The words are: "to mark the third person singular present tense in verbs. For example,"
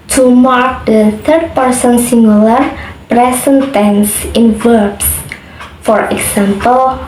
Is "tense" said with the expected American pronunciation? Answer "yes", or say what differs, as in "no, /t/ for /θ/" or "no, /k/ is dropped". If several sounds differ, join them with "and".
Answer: yes